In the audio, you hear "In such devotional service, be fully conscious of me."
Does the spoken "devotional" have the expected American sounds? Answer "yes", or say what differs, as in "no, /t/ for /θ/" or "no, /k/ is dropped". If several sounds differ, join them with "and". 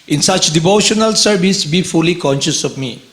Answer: yes